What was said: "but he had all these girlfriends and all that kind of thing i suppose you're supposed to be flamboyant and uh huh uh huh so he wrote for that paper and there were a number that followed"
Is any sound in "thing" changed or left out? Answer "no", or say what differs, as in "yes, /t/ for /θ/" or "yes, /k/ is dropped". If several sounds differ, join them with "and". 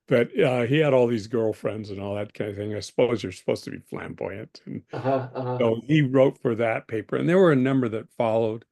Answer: no